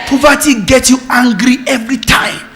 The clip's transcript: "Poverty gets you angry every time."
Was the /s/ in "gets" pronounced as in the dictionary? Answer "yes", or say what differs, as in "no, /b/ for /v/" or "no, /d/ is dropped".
no, /s/ is dropped